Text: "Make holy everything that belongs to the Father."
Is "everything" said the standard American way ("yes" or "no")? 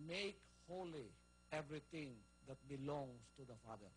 no